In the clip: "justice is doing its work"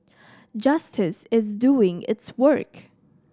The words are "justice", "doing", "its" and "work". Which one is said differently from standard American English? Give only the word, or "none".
none